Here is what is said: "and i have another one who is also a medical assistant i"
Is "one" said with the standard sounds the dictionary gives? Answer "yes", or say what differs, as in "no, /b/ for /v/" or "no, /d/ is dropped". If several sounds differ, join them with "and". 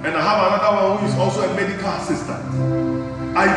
no, /l/ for /n/